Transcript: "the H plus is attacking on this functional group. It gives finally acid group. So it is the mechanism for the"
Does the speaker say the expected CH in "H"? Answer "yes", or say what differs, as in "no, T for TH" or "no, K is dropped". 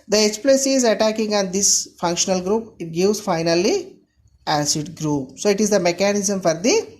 no, S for CH